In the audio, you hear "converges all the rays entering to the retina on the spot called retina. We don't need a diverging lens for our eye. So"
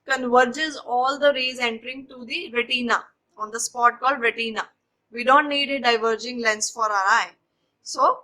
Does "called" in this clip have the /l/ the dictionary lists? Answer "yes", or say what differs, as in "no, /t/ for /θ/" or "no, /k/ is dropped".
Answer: yes